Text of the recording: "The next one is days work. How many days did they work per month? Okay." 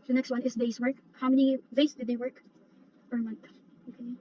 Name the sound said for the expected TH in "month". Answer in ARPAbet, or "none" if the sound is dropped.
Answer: TH